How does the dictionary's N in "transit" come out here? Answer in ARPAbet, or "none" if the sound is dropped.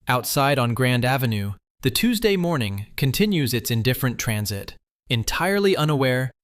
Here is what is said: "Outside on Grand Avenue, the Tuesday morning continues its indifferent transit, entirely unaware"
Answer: N